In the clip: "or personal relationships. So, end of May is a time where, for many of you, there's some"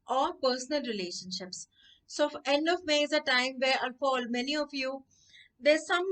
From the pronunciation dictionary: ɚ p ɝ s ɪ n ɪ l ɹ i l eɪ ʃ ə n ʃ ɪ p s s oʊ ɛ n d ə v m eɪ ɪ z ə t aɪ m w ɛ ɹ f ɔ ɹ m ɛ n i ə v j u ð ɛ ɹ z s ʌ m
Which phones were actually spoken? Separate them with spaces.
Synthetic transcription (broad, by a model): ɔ p ɝ s ɪ n ɪ l ɹ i l eɪ ʃ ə n ʃ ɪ p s s oʊ ɛ n d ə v m eɪ ɪ z ə t aɪ m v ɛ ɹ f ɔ l m ɛ n i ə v j u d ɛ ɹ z s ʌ m